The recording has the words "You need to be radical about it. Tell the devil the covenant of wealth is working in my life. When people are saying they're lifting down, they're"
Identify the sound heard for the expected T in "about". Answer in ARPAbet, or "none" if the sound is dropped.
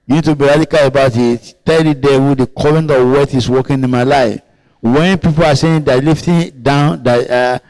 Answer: T